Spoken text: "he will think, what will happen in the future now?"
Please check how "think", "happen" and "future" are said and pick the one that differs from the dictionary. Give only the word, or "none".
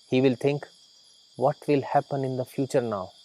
think